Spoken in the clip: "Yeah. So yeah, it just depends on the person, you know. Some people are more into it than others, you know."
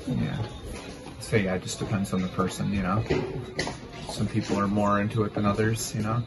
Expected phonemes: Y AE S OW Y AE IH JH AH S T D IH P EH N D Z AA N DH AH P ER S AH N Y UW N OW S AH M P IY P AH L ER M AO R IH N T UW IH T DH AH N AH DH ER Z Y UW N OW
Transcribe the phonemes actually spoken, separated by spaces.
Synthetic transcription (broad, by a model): Y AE S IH Y AE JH AH S D IH P EH N D Z N DH AH P ER S AH N Y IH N OW S AH M P IY P L ER M AO R IH N T UW IH T DH AH N AH DH ER Z Y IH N OW